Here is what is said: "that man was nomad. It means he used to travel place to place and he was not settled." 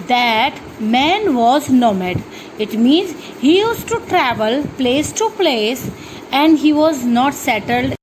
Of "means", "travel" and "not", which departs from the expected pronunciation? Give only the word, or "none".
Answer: none